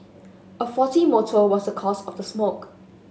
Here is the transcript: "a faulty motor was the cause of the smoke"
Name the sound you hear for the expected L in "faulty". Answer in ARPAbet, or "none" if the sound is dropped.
none